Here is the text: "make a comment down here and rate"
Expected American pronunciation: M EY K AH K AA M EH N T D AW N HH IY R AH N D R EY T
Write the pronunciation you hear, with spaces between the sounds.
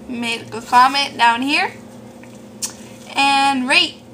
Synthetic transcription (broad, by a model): M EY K AH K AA M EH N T D AW N HH IY R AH N R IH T